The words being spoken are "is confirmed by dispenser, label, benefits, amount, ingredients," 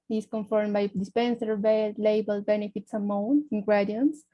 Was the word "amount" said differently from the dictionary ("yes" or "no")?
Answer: yes